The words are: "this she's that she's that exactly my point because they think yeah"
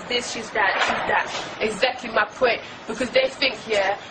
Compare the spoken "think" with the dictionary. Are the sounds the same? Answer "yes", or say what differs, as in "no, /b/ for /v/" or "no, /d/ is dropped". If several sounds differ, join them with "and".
yes